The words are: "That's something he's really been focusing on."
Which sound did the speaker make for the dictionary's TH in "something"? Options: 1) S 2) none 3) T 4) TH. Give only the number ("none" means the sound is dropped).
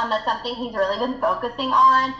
4